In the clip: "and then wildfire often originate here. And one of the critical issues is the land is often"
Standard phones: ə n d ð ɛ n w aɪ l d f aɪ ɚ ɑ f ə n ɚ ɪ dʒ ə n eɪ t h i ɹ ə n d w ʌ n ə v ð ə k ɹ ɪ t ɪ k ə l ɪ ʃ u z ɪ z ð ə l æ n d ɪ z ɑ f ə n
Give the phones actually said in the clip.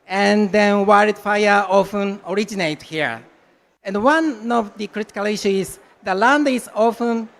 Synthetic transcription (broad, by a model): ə n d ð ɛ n w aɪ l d f aɪ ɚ ɑ f ə n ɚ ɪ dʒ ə n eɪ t h i ɹ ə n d w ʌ n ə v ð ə k ɹ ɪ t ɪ k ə l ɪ ʃ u ɪ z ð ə l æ n d ɪ z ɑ f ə n